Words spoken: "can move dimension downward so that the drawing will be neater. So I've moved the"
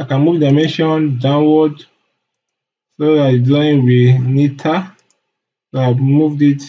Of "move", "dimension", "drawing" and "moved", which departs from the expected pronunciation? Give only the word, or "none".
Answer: drawing